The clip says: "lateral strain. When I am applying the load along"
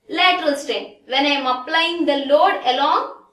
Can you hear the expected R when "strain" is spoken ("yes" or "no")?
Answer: no